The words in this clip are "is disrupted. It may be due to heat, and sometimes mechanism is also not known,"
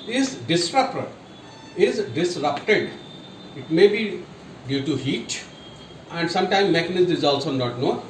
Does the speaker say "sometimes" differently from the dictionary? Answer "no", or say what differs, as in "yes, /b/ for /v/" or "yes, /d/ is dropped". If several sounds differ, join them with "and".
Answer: yes, /z/ is dropped